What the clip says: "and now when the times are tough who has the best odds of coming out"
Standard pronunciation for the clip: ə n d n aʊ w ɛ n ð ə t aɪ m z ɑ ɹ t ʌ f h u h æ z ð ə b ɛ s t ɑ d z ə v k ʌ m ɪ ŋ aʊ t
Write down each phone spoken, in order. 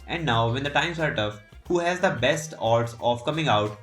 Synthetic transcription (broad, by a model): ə n d n aʊ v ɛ n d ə t aɪ m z ɑ ɹ t ʌ f h u h æ z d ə b ɛ s t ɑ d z ə v k ʌ m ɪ ŋ aʊ t